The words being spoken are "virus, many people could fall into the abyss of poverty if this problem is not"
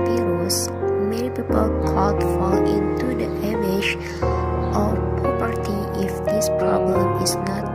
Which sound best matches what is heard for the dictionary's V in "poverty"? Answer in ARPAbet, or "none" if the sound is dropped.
P